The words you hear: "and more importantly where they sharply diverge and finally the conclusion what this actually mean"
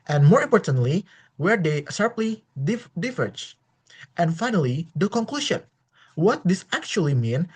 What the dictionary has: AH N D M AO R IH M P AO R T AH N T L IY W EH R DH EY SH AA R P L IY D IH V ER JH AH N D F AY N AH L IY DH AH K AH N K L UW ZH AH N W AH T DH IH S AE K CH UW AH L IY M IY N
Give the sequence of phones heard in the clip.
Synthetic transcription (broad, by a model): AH N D M AO R IH M P AO R T AH N T L IY W EH R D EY S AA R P L IY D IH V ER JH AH N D F AY N AH L IY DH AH K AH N K L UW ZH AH N W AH T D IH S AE K CH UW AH L IY M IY N